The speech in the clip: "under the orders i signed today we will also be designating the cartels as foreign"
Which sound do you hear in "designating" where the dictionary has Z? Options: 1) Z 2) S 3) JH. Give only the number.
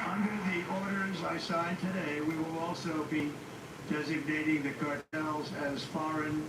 1